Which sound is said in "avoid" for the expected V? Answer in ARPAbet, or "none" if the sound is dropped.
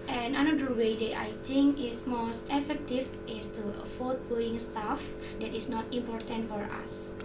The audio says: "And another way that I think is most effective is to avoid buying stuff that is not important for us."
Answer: F